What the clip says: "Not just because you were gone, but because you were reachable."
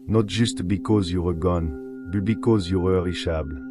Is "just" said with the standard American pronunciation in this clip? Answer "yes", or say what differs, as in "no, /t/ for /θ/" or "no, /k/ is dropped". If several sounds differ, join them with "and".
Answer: no, /ʒ/ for /dʒ/